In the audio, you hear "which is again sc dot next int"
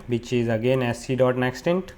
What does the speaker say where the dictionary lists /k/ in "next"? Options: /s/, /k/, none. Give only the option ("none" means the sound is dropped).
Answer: /k/